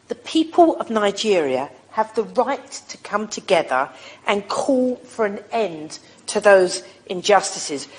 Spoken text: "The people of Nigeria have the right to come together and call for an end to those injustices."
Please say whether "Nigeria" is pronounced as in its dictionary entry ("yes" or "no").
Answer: yes